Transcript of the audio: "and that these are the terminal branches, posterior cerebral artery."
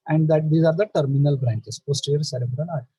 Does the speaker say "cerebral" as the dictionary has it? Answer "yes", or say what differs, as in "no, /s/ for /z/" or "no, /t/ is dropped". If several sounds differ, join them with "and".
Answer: no, /n/ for /l/